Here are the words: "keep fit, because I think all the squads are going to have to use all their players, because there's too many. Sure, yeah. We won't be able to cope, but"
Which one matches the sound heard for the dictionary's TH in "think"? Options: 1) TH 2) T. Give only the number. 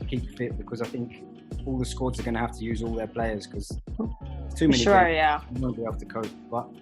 1